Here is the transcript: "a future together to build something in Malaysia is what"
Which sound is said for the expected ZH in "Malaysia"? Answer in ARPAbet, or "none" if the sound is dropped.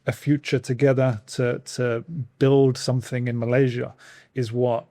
ZH